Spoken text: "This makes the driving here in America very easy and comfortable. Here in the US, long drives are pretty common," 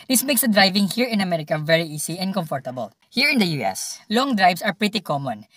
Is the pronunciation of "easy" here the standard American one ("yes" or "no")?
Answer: no